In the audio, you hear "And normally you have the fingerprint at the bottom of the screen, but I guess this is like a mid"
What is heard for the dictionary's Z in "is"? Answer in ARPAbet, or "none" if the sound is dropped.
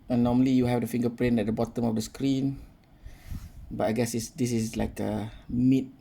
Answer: S